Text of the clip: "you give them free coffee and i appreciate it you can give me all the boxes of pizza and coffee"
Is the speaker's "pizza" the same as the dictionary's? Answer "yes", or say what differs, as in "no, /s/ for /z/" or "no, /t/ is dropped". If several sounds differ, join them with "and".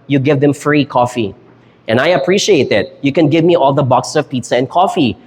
yes